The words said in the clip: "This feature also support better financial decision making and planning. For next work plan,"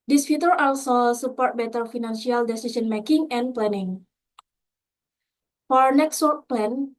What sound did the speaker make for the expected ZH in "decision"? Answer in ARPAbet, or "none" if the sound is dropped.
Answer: S